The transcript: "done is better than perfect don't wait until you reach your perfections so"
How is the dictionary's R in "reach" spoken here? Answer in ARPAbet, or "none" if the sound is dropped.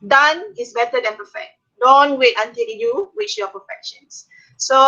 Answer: W